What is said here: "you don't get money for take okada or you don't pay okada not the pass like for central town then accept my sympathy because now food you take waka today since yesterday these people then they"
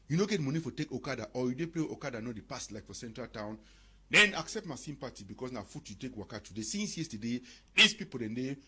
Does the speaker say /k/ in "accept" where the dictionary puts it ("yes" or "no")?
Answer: yes